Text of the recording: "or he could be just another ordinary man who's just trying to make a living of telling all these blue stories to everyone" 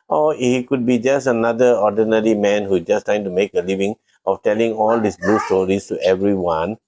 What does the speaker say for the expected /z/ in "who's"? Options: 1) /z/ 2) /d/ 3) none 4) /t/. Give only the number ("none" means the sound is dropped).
3